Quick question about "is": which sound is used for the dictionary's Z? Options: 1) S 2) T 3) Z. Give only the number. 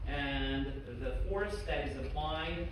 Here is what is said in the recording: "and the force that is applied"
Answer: 3